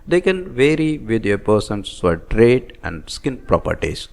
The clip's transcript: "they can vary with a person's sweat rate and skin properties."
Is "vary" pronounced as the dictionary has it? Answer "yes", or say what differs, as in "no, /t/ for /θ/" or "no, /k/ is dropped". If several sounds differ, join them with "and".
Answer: yes